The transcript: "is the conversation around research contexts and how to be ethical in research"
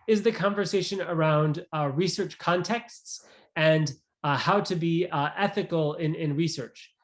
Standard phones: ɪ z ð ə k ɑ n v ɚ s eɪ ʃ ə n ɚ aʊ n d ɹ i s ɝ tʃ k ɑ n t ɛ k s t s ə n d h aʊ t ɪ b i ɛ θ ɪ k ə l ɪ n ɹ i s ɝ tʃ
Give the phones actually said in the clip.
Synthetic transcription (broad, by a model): ɪ z ð ə k ɑ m v ɚ s eɪ ʃ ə n ɚ aʊ n d ɹ i s ɝ tʃ k ɑ n t ɛ k s t s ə n h aʊ t ɪ b i ɛ θ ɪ k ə n ɪ n ɹ i s ɝ tʃ